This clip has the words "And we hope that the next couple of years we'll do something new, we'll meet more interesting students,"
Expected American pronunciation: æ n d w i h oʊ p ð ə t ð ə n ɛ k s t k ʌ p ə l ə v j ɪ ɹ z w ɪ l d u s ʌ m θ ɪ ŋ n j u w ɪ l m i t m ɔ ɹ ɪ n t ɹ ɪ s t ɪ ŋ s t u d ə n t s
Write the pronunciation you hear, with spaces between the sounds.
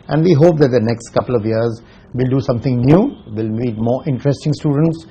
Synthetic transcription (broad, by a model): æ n d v i h oʊ p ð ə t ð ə n ɛ k s t k ʌ p ə l ə v j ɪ ɹ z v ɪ l d u s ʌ m t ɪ ŋ n j u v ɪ l m i t m ɔ ɹ ɪ n t ɹ ɪ s t ɪ ŋ s t u d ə n t s